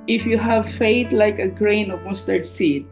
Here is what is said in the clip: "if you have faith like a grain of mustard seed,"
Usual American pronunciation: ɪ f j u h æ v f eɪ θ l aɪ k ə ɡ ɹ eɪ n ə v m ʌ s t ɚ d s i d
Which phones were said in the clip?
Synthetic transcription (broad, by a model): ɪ f j u h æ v f eɪ t l aɪ k ə ɡ ɹ eɪ n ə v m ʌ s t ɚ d s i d